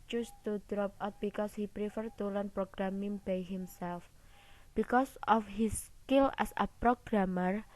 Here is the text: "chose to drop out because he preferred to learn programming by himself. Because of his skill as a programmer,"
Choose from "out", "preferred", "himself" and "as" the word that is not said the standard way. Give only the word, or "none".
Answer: as